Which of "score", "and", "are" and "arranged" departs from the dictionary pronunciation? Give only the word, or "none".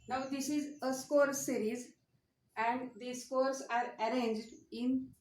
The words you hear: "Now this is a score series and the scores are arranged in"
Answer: none